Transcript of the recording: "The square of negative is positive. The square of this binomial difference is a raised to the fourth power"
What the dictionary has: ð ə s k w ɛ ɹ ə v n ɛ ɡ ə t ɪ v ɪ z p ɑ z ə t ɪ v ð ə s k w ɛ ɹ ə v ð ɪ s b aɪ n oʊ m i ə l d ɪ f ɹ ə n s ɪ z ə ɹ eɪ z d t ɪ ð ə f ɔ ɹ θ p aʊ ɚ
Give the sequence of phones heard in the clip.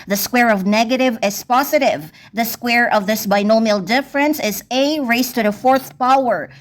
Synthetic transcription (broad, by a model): ð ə s k w ɛ ɹ ə v n ɛ ɡ ə t ɪ v ɪ z p ɑ z ə t ɪ v ð ə s k w ɛ ɹ ə v ð ɪ s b aɪ n oʊ m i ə l d ɪ f ɹ ə n s ɪ z ə ɹ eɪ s t ɪ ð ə f ɔ ɹ θ p aʊ ɚ